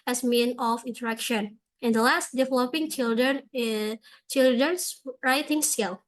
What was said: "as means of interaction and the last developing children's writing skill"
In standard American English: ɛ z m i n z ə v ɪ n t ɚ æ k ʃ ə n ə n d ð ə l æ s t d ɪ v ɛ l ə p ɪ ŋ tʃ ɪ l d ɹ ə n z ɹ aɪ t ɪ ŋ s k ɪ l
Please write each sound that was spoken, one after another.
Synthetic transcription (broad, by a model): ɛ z m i n ə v ɪ n t ɚ æ k ʃ ə n ə n d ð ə l æ s t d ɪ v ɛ l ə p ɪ ŋ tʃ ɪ l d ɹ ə n s ɹ aɪ t ɪ ŋ s k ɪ l